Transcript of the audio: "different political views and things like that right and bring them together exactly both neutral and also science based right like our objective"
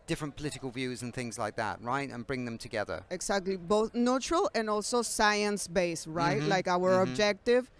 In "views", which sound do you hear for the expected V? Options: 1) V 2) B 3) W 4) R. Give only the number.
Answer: 1